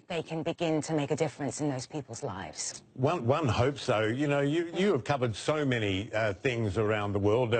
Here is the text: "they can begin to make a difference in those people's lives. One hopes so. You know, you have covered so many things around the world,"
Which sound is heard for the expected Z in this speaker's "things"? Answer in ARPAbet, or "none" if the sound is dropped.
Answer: Z